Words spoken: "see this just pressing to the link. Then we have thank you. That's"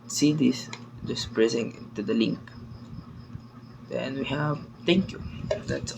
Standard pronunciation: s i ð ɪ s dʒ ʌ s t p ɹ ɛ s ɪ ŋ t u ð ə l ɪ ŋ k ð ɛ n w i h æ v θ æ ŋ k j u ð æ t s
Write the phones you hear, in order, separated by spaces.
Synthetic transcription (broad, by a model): s i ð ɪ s dʒ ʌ s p ɹ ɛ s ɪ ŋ t u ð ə l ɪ ŋ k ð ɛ n w i h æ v t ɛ ŋ k j u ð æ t s